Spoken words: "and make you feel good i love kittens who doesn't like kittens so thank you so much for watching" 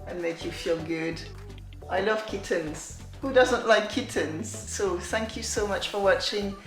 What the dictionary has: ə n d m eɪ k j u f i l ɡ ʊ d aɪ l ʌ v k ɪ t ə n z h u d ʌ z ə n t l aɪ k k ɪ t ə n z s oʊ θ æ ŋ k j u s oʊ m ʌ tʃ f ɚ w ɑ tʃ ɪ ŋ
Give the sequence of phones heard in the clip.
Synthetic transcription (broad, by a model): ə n m eɪ k j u f i l ɡ ʊ d aɪ l ʌ v k ɪ t ə n z h u d ʌ z ə n t l aɪ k k ɪ t ə n z s oʊ θ æ ŋ k j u s oʊ m ʌ tʃ f ɚ w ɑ tʃ ɪ ŋ